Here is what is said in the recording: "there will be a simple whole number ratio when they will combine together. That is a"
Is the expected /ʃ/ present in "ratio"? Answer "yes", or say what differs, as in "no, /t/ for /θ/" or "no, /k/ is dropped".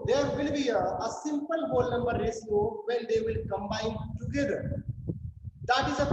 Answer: no, /s/ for /ʃ/